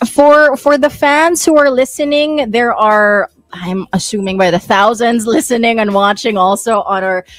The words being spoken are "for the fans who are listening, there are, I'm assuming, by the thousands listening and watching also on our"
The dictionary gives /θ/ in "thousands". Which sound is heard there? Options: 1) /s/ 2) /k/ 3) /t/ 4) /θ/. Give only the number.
4